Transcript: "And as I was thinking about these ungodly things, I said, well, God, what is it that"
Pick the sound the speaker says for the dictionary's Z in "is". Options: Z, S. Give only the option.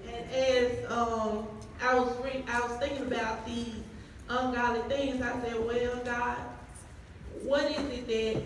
Z